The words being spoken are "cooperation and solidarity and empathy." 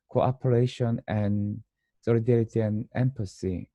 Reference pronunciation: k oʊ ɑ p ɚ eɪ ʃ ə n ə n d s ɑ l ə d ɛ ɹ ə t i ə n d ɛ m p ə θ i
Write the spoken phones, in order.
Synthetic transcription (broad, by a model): k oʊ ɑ p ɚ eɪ ʃ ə n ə n s ɑ l ə d ɛ ɹ ə t i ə n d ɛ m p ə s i